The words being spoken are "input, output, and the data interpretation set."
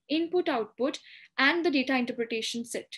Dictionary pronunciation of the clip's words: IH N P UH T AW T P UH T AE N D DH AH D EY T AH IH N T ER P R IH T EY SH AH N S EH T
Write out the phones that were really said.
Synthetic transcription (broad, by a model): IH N P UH T AW T P UH T AE N D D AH D EY T AH IH N T ER P R IH T EY SH AH N S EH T